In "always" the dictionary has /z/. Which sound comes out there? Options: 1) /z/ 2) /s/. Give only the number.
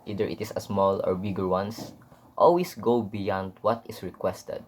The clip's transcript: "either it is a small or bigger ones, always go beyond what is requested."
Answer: 2